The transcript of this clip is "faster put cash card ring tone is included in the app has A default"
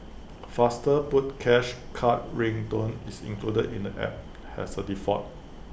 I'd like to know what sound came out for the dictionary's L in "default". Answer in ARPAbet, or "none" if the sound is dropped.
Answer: none